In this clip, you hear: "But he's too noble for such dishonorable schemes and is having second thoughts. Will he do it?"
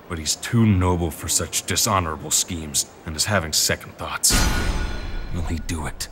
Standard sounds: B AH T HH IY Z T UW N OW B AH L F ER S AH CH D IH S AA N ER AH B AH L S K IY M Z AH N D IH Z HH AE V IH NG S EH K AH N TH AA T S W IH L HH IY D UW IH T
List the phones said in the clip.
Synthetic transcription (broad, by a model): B AH T HH IY Z T UW N OW B L F ER S AH CH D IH S AA N ER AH B L S K IY M Z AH N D IH Z HH AE V IH NG S EH K N TH AA T S W IH L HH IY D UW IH T